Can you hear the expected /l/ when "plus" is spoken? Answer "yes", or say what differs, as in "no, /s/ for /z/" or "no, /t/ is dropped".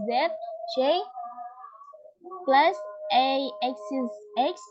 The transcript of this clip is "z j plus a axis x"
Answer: yes